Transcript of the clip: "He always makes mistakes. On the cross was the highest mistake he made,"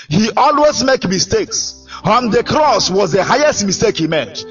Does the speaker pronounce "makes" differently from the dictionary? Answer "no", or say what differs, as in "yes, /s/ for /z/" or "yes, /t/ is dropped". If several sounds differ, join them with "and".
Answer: yes, /s/ is dropped